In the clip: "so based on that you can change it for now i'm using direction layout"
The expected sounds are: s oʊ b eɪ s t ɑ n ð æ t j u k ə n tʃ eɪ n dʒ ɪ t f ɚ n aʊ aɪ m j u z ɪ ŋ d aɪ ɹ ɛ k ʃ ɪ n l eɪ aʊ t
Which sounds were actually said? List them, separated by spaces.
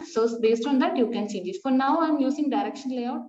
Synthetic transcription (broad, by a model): s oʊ b eɪ s t ɑ n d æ t j u k ə n s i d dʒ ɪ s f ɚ n aʊ aɪ m j u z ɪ ŋ d aɪ ɹ ɛ k ʃ ɪ n l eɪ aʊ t